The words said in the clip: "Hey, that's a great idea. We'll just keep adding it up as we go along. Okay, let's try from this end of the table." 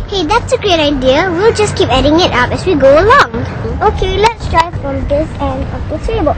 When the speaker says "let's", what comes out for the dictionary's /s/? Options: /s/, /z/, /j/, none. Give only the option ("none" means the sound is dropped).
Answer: /s/